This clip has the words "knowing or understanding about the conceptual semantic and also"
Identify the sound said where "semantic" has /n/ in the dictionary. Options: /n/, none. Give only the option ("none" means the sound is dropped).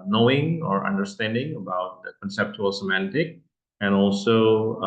/n/